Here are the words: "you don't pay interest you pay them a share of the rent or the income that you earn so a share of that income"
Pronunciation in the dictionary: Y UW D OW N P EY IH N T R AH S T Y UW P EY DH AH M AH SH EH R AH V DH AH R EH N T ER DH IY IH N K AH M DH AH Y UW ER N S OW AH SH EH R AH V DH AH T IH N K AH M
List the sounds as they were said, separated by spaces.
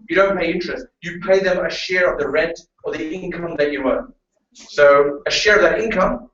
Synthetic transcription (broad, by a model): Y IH D OW N P EY IH N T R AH S T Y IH P EY DH AH M AH SH EH R AH V DH AH R EH N T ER DH IY IH N K AH M DH AH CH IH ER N S OW AH SH EH R AH V DH AH T IH N K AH M